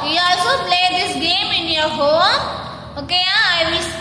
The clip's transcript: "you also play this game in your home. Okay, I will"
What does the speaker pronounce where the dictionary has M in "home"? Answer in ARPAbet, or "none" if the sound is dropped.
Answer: none